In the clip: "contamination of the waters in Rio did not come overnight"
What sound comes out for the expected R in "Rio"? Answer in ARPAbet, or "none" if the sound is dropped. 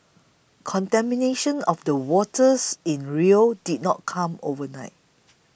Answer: R